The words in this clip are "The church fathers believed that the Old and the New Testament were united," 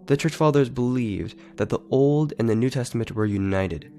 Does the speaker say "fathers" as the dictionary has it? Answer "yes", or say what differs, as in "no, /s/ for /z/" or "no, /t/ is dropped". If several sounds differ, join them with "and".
yes